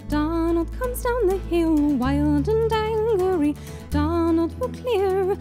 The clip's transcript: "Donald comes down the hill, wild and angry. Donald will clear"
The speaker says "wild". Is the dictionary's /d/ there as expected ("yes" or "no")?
yes